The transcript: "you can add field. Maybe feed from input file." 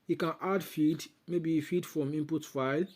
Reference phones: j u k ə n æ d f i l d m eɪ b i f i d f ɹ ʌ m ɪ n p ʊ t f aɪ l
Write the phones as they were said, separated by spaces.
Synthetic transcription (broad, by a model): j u k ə n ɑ d f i d m eɪ b i f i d f ɹ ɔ m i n p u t f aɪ l